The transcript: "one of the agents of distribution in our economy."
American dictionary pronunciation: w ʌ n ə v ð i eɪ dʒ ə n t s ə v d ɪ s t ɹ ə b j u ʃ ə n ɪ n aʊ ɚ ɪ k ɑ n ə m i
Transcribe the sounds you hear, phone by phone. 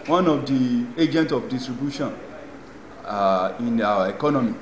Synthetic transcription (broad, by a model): w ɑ n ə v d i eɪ dʒ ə n t ə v d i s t ɹ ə b j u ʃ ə n ɪ n aʊ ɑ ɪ k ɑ n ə m i